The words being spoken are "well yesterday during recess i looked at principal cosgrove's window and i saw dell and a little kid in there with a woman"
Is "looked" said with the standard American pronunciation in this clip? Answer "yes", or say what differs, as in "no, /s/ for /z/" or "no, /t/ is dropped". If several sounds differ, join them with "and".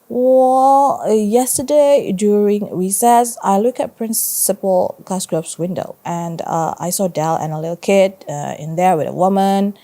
no, /t/ is dropped